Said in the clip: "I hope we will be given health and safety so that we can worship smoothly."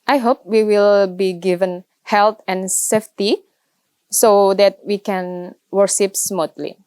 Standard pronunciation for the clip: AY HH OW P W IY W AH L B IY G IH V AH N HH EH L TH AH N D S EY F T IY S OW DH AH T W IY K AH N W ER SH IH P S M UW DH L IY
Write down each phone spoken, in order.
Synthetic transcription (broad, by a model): AY HH OW P W IY W AH L B IY G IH V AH N HH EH L T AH N S EY F T IY S OW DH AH T W IY K AH N W ER SH IH P S M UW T L IY